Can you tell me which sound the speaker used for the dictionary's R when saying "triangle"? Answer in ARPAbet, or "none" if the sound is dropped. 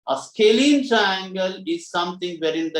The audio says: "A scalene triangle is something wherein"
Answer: R